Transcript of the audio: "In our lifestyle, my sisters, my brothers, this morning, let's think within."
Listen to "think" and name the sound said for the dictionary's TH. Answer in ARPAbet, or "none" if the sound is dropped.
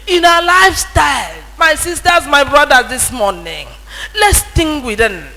T